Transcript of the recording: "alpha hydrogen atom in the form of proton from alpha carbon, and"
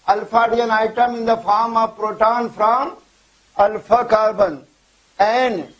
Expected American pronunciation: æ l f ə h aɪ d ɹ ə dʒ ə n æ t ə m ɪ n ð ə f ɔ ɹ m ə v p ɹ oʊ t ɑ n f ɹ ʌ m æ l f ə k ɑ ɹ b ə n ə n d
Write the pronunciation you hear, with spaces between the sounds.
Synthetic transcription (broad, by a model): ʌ l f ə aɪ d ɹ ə ə n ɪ t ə m ɪ n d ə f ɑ ɹ m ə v p ɹ oʊ t ɑ n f ɹ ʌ m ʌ l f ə k ɑ ɹ b ə n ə n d